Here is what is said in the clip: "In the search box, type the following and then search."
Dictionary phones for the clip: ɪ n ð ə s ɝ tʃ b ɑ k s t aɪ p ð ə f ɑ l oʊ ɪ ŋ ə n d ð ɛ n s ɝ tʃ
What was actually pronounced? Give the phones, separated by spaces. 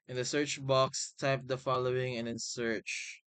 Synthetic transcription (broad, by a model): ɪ n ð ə s ɝ tʃ b ɑ k s t aɪ p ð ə f ɑ l oʊ ɪ ŋ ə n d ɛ n s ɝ tʃ